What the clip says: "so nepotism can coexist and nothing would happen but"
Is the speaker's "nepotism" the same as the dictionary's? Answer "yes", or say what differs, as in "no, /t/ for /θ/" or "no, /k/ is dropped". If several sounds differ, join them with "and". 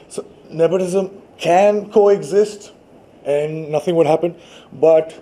no, /b/ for /p/